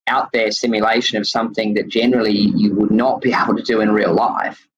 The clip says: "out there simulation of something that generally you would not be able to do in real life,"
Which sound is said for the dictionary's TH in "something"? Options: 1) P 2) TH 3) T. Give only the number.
2